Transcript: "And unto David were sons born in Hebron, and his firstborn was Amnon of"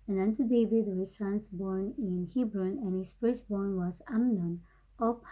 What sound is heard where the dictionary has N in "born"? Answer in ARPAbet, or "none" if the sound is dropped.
N